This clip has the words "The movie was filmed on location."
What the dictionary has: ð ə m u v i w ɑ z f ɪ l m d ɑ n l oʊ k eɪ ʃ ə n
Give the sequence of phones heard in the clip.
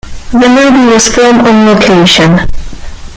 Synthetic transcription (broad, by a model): ð ə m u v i w ɑ z f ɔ m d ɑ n l oʊ k eɪ ʃ ə n